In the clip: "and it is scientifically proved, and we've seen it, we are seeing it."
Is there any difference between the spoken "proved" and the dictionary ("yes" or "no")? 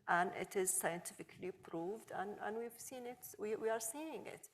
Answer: no